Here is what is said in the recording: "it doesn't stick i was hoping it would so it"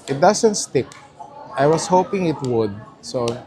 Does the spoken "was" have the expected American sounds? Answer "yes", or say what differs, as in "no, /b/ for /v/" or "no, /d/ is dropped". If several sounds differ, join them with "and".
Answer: no, /s/ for /z/